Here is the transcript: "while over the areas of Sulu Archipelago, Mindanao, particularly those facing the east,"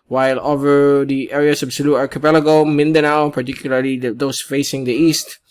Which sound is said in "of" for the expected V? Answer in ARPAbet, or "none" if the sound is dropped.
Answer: B